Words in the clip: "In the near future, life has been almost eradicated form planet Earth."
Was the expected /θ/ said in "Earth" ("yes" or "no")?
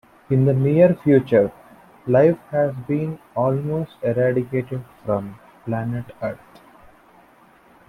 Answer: no